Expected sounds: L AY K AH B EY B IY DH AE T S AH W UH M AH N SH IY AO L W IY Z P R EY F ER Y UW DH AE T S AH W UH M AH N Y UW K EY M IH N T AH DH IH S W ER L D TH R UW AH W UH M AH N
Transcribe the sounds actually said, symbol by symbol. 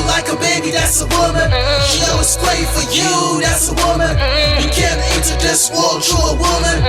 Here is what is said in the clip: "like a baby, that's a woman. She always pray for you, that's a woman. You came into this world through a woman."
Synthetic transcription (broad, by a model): L AY K AH B EY B IY DH AE T S AH W UH M AH N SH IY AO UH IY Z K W EY F ER Y UW DH AE T S AH W UH M AH N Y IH K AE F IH T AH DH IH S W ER L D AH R AH W UH M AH N